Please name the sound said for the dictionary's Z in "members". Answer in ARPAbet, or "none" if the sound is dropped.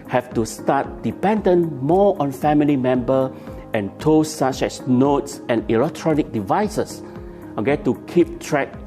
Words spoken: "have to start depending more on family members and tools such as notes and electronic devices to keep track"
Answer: none